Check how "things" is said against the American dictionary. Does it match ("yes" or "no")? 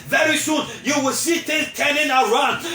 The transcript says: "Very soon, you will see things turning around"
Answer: no